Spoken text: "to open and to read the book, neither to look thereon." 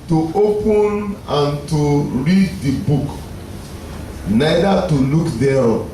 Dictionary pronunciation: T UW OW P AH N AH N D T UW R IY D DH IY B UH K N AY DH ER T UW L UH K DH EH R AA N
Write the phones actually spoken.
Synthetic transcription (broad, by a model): T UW OW P AH N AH N T UW R IY D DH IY B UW K N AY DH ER T UW L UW K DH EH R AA